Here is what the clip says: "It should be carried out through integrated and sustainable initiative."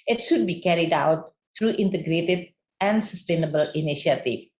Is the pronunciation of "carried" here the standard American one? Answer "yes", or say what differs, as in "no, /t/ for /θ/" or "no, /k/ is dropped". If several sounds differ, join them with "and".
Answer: yes